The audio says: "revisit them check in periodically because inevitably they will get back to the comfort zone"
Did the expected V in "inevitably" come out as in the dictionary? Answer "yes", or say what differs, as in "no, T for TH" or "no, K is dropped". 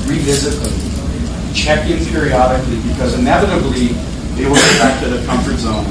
yes